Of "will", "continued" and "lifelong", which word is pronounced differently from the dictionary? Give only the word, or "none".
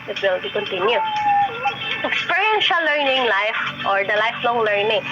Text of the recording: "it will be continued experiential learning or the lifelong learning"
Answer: continued